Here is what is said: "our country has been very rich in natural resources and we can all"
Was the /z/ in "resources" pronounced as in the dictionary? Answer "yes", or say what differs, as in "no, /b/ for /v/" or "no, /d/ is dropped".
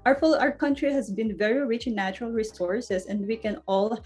no, /s/ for /z/